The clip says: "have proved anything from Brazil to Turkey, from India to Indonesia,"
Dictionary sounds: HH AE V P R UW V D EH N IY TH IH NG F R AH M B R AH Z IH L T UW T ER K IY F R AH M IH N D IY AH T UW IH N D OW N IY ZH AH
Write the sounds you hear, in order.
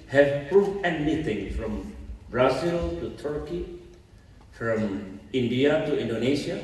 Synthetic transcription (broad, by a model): HH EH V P R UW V EH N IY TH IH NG F R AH M B R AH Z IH L T UW T ER K IY F R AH M IH N D IY AH T UW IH N D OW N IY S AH